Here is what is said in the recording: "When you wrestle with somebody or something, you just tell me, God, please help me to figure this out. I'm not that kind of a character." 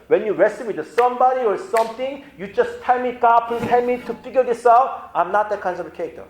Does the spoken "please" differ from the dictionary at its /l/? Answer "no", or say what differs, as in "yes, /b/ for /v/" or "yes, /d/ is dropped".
yes, /l/ is dropped